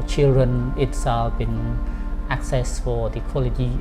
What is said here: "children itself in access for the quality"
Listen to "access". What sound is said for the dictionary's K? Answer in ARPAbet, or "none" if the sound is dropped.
K